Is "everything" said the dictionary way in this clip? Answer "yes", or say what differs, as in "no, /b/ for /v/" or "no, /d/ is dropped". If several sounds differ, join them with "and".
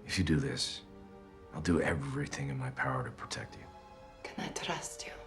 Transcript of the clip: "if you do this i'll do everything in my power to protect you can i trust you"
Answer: yes